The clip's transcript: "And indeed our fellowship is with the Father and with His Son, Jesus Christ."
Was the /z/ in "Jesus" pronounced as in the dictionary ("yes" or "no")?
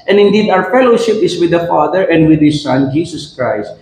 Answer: no